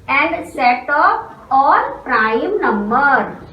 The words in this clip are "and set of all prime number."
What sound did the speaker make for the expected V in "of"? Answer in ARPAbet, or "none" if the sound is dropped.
P